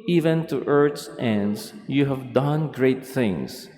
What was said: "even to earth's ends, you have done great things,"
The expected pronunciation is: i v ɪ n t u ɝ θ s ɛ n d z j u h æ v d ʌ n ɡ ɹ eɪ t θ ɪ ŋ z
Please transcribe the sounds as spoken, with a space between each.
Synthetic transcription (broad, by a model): i v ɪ n t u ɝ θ s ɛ n d s j u h æ v d ʌ n ɡ ɹ eɪ t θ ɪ ŋ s